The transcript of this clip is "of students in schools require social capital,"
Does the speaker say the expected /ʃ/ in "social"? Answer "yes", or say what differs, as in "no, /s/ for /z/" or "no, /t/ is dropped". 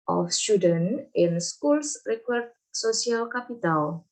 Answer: no, /s/ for /ʃ/